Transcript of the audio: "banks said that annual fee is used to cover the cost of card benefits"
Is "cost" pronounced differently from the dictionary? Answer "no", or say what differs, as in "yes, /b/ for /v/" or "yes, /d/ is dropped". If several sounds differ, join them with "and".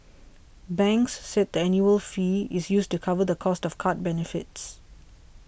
no